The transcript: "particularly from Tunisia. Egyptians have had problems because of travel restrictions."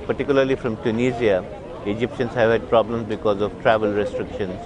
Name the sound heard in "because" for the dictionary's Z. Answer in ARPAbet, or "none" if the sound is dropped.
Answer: Z